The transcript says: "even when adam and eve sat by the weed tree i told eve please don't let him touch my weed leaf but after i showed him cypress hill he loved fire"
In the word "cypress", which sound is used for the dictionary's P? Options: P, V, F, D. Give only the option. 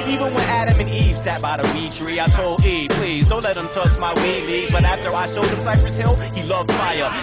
F